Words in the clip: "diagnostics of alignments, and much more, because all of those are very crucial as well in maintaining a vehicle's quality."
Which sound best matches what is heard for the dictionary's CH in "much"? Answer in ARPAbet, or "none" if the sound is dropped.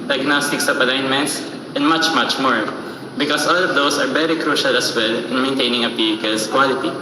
CH